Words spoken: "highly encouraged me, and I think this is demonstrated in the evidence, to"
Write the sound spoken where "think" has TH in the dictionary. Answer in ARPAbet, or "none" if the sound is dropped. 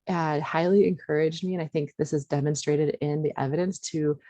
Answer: TH